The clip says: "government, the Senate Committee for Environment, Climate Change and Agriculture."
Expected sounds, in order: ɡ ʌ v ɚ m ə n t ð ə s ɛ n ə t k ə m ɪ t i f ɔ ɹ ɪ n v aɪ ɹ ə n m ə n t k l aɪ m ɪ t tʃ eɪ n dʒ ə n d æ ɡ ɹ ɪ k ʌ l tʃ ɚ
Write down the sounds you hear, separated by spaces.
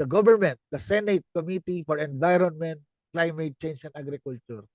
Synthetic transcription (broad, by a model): ɡ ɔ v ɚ m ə n t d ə s ɛ n ə t k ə m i t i f ɔ ɹ ɪ n v aɪ ɹ ə n m ə n t k l aɪ m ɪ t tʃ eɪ n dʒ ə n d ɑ ɡ ɹ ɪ k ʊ l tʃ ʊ